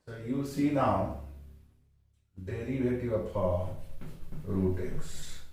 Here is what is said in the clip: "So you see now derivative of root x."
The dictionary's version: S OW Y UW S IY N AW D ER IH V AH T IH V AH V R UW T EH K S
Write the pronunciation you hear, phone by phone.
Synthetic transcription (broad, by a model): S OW Y UW S IY N AW D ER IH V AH T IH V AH P R UW T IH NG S